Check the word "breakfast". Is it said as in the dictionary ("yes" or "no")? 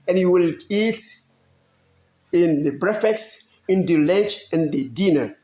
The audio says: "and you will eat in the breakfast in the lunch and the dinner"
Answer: no